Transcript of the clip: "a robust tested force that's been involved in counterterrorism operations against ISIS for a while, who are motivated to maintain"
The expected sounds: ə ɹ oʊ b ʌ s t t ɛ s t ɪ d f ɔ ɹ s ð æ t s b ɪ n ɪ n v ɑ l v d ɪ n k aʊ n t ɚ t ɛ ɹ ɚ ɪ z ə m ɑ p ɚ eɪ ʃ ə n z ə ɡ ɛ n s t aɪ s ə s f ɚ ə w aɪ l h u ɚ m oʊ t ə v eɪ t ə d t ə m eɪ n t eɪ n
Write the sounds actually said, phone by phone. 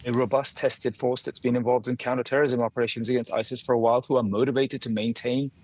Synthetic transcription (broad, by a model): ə ɹ oʊ b ʌ s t t ɛ s t ɪ d f ɔ ɹ s ð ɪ t s b ɪ n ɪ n v ɑ l v d ɪ n k aʊ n t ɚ t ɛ ɹ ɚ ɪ z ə m ɑ p ɚ eɪ ʃ ə n z ə ɡ ɛ n s t aɪ s ə s f ɚ ə w aɪ l h u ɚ m oʊ t ə v eɪ t ə d t ə m eɪ n t eɪ n